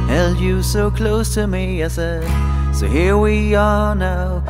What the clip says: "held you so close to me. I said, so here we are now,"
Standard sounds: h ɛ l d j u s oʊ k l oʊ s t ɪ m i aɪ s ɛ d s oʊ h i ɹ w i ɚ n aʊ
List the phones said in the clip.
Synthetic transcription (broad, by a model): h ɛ l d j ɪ s oʊ k l oʊ s t ɪ m i aɪ s ɛ d s oʊ h i ɹ w i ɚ n aʊ